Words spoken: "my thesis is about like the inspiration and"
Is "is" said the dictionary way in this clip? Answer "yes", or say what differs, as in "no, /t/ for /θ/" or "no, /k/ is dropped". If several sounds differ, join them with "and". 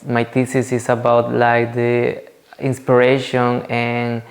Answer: no, /s/ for /z/